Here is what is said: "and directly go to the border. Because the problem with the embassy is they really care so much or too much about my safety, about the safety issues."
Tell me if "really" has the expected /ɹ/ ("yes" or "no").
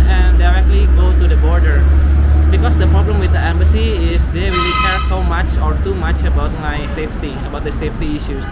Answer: no